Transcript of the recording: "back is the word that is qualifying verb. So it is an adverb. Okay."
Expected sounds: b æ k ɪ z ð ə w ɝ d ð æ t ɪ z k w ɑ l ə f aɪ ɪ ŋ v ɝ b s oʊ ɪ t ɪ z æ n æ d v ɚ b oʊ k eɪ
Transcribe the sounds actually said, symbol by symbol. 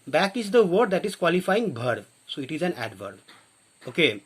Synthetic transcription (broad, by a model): b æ k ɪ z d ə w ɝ d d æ t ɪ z k w ɑ l ə f aɪ ɪ ŋ b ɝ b s oʊ ɪ t ɪ z æ n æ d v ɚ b oʊ k eɪ